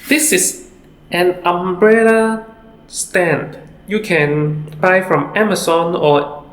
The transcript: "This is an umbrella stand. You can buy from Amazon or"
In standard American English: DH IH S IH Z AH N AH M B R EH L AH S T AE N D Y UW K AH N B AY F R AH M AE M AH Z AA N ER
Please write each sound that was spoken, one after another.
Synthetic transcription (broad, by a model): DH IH S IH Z AH N AH M B R EH L AH S T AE N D Y UW K AH N B AY F R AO M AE M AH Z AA N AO